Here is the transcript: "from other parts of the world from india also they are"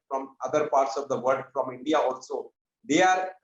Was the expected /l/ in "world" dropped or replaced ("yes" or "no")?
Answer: yes